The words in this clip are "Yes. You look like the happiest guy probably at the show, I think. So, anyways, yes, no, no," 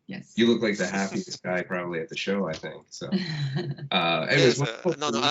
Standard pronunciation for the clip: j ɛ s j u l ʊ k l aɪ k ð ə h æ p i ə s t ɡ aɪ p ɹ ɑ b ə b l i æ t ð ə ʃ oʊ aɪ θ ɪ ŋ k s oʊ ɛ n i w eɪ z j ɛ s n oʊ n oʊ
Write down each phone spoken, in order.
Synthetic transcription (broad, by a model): j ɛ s j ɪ l ʊ k l aɪ k ð ə h æ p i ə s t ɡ aɪ p ɹ ɑ b ə b l i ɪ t ð ə ʃ oʊ aɪ θ ɪ ŋ k s oʊ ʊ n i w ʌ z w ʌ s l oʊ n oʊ